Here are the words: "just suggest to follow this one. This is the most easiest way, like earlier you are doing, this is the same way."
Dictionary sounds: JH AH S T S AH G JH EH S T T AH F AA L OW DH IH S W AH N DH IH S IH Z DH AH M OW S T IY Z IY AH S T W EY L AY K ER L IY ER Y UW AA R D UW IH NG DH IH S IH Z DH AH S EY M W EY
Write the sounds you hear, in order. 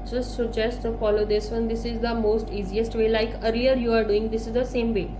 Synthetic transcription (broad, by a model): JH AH S T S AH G JH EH S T T AH F AA L OW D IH S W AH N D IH S IH Z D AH M OW S T IY Z IY AH S T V EY L AY K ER IY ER Y UW AA R D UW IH NG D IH S IH Z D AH S EY M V EY